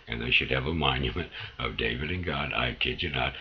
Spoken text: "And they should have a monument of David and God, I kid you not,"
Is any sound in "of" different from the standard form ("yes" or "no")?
no